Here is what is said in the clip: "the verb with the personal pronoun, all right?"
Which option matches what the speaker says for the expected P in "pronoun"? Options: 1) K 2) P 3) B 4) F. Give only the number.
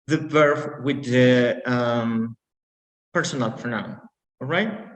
4